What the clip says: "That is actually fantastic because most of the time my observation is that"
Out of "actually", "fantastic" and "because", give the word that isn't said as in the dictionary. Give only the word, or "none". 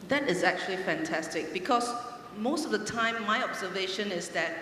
because